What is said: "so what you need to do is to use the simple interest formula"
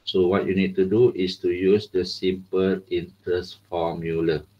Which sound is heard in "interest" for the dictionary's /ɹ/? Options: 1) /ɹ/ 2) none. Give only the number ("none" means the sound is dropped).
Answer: 2